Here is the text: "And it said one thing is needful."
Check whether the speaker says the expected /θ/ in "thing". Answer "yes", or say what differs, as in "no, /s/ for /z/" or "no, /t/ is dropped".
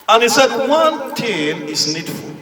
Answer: no, /t/ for /θ/